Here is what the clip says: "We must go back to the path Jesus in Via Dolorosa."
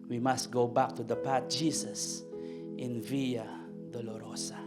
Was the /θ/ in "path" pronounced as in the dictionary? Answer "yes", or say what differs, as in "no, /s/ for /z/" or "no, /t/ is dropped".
no, /t/ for /θ/